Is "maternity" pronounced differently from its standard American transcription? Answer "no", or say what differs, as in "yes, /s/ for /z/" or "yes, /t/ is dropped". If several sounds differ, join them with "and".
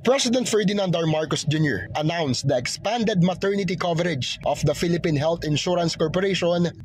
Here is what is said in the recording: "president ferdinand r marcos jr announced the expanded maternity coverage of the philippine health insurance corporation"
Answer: no